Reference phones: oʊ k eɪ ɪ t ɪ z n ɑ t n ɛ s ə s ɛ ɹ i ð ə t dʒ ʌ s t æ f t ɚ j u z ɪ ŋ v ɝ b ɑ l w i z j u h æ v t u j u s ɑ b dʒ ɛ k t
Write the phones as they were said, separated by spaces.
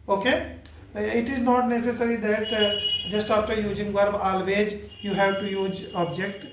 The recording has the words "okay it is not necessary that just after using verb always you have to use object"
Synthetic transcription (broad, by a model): oʊ k eɪ ɪ t ɪ z n ɑ t n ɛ s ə s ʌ ɹ i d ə t dʒ ʌ s t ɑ p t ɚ j u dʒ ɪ ŋ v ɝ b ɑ l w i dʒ j u h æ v t u j u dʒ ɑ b dʒ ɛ k t